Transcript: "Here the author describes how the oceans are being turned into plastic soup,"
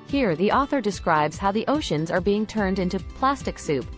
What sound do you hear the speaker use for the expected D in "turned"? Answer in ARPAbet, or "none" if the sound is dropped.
D